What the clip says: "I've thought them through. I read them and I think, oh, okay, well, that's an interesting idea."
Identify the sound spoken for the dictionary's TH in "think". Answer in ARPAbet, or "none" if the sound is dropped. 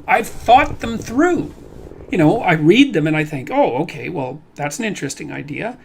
TH